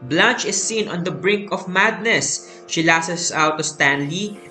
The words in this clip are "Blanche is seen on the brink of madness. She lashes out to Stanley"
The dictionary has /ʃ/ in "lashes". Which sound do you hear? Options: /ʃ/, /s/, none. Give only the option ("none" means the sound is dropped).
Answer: /s/